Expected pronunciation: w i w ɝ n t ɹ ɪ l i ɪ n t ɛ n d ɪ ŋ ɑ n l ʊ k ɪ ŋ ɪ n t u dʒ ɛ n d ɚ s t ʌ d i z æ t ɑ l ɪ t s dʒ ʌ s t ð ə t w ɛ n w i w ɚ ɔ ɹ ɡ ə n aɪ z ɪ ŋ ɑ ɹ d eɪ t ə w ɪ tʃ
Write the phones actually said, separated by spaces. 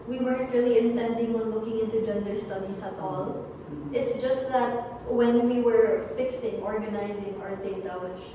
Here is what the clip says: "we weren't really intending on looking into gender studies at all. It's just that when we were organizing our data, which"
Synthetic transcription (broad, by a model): w i w ɝ n t ɹ ɪ l i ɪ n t ɛ n d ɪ ŋ ɑ n l ʊ k ɪ ŋ ɪ n t u dʒ ɛ n d ɚ s t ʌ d i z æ t ɑ l ɪ t s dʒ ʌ s t ð ə t w ɛ n w i w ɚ ɔ ɹ ɡ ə n aɪ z ɪ ŋ ɑ ɹ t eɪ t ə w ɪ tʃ